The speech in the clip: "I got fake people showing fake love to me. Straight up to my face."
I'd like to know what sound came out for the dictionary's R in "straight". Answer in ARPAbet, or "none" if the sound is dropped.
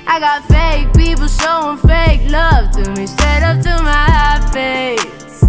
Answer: none